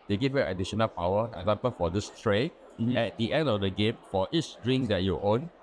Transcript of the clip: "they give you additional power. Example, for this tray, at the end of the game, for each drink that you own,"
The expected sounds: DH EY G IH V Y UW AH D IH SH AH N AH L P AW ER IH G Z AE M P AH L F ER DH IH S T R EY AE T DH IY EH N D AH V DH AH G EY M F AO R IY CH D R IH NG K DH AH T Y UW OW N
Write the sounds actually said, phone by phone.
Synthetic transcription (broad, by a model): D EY G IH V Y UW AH D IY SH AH N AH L P AW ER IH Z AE M P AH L F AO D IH S T R EY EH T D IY EH N D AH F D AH G EY M F AO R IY S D R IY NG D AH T Y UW OW N